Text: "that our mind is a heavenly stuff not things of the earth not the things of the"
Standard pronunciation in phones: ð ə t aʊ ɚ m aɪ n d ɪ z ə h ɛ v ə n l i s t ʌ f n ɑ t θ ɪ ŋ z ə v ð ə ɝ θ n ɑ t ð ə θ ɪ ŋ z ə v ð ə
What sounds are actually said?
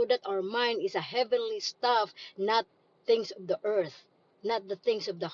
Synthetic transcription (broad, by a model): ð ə t aʊ ɚ m aɪ n d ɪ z ə h ɛ v ə n l i s t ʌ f n ɑ t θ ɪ ŋ s ə v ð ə ɝ θ n ɑ t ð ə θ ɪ ŋ s ə v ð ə